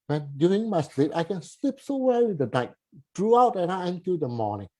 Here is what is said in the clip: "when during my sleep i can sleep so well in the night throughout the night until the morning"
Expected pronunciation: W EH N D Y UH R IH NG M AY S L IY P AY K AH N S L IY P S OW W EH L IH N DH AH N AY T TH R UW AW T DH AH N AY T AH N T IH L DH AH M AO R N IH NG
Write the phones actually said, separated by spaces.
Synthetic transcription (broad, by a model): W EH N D Y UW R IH NG M AY S L IY P AY K AH N S L IY P S OW W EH W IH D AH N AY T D R UW AW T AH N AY AH N T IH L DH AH M AO N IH NG